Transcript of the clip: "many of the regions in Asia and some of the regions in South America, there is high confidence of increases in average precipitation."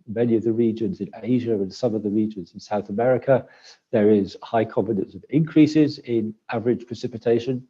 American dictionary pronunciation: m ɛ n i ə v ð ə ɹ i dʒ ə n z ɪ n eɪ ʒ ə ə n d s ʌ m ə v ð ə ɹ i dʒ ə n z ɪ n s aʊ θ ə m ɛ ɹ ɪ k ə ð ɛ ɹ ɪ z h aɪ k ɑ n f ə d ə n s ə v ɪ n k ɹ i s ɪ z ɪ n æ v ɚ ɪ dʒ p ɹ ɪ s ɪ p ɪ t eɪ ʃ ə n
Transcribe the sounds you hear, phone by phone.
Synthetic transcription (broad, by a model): m ɛ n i ə v ð ə ɹ i dʒ ə n z ɪ n eɪ ʒ ə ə n s ʌ m ə v ð ə ɹ i dʒ ə n z ɪ n s aʊ θ ə m ɛ ɹ ɪ k ə ð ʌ ɹ ɪ z h aɪ k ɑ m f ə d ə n s ə v ɪ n k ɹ i s ɪ z ɪ n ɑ v ɚ ɪ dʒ p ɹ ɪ s ɪ p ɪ t eɪ ʃ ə n